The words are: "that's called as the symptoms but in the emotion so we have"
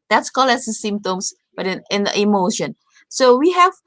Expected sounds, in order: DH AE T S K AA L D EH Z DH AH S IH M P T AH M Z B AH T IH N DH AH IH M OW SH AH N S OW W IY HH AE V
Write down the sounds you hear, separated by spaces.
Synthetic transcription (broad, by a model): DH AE T S K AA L EH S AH S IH M P T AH M S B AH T IH N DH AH IH M OW SH AH N S OW W IY HH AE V